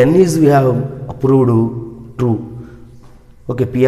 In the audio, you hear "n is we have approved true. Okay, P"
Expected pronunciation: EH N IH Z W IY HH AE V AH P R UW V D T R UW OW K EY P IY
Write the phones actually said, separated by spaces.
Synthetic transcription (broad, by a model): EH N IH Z W IY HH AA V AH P R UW D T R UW OW K EY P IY